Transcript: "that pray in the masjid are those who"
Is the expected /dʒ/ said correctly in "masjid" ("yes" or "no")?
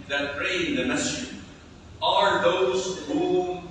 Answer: no